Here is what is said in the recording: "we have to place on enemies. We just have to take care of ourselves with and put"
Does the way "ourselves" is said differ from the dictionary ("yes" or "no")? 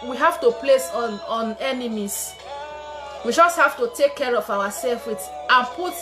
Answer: yes